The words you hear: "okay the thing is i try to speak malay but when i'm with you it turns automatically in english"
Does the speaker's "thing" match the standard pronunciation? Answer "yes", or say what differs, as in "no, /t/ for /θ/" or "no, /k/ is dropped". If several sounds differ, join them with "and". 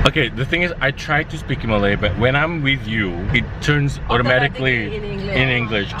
yes